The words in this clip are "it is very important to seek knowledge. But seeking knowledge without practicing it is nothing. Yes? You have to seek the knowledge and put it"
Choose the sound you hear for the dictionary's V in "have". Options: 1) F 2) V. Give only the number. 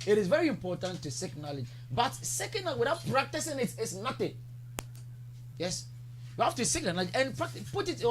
1